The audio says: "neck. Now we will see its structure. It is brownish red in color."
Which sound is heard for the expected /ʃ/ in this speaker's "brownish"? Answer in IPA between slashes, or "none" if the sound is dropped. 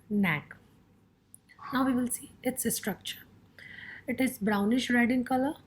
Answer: /ʃ/